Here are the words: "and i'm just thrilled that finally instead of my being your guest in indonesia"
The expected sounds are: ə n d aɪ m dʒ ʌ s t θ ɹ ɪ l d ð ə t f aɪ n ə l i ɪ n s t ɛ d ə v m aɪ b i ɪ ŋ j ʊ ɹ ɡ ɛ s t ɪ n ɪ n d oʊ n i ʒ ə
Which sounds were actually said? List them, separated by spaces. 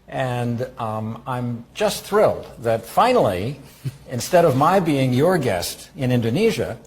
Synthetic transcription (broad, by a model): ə n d aɪ m dʒ ʌ s t θ ɹ ɪ l d ð ə t f aɪ n l i ɪ n s t ɛ d ə v m aɪ b i ɪ ŋ j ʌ ɹ ɡ ɛ s t ɪ n ɪ n d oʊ n i ʒ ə